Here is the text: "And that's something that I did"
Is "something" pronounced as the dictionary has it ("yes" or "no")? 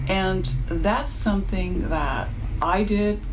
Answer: yes